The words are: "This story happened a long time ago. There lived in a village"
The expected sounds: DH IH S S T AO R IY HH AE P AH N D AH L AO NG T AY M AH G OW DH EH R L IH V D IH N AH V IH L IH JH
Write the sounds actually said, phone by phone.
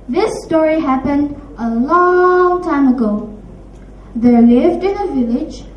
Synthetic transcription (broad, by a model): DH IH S S T AO R IY HH AE P AH N D AH L AO NG T AY M AH G OW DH EH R L IH V D IH N AH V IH L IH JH